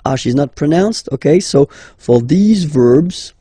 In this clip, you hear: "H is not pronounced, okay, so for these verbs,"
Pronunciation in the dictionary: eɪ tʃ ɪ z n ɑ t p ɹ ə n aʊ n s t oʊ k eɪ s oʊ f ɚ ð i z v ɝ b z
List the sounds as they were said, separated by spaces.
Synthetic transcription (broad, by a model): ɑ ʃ ɪ z n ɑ t p ɹ ə n aʊ n s t oʊ k eɪ s oʊ f ɚ ð i z v ɝ b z